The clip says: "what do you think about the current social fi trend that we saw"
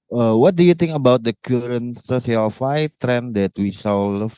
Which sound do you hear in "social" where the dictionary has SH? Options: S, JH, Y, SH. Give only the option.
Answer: S